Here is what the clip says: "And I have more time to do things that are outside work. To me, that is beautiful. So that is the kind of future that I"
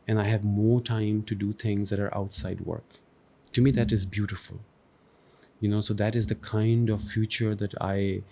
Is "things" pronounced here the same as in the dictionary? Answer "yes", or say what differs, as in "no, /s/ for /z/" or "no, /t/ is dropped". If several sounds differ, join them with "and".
no, /t/ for /θ/